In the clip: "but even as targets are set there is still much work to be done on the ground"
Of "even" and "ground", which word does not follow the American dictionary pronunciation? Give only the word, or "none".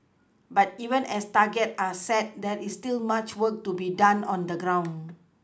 ground